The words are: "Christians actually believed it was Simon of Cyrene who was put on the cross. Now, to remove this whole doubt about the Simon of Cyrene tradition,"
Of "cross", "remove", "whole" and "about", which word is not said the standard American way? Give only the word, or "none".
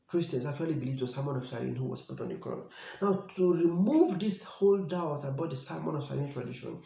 cross